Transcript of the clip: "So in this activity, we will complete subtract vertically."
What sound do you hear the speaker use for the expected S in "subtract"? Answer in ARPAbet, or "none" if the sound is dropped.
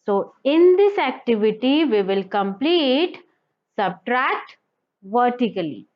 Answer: S